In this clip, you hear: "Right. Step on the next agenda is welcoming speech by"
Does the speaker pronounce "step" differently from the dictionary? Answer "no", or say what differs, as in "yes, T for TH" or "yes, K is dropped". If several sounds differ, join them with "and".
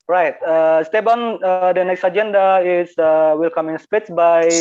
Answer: yes, B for P